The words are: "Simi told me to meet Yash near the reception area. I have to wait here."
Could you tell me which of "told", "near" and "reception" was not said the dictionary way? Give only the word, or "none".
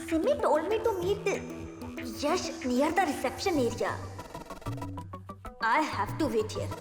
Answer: near